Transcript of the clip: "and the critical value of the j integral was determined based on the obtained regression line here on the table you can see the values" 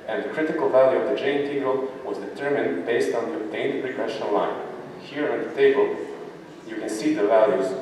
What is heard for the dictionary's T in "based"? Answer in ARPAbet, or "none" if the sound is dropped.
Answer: T